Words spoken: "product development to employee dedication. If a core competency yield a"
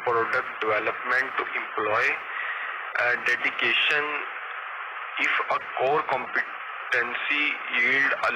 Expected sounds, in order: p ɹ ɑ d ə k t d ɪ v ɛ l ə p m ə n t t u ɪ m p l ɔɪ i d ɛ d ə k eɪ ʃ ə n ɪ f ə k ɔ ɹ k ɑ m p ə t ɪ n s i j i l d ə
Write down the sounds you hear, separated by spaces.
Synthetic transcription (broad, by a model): p ɹ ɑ d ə k t d ɪ v ɛ l ə p m ə n t t u ɪ m p l ɔɪ i d ɛ d ə k eɪ ʃ ə n ɪ f ə k ɔ ɹ k ɑ m p ə t ɪ n s i j i l d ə